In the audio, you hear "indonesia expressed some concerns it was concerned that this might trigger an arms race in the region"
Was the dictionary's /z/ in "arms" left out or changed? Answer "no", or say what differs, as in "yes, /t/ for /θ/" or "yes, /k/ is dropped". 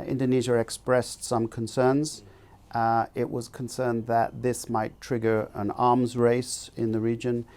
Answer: no